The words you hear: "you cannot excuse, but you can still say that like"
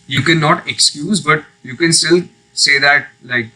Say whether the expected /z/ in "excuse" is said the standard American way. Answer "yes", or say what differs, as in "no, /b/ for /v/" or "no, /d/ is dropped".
yes